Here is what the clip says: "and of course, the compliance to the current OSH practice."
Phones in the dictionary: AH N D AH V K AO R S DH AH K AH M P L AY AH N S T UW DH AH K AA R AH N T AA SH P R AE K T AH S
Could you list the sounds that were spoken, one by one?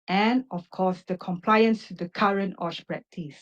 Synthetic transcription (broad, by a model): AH N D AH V K AO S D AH K AH M P L AY AH N S T UW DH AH K AA R AH N T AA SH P R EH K T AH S